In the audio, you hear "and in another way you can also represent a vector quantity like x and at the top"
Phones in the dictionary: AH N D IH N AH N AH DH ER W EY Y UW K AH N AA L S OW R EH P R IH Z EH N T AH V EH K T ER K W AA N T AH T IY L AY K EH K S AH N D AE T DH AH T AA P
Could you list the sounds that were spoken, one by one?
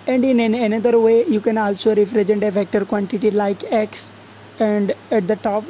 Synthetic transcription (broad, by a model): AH N D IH N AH N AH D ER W EY Y UW K AH N AA L S OW R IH F R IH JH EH N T AH V EH K T ER K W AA N T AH T IY L AY K EH K S AH N D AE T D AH T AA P